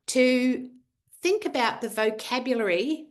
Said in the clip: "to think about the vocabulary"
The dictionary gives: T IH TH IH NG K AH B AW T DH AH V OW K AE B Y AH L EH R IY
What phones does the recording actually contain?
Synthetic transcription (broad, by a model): T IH TH IH NG K AH B AW T DH AH V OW K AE B Y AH L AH R IY